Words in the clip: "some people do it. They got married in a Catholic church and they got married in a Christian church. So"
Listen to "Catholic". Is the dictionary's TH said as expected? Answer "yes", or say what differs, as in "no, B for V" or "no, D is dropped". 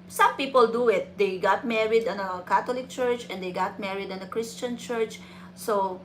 no, T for TH